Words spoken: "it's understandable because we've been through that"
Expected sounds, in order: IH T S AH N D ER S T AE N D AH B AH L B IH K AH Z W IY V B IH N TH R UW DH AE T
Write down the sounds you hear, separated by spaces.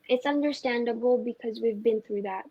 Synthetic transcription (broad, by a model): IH T S AH N D ER S T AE N D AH B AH L B IH K AH Z W IY V B IH N TH R UW DH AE T